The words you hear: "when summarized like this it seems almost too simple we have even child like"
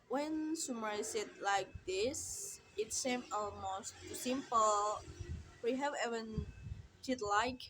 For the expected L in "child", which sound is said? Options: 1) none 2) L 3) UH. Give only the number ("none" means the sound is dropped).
1